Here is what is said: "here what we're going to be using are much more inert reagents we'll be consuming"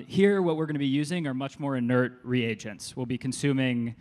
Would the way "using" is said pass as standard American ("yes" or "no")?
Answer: yes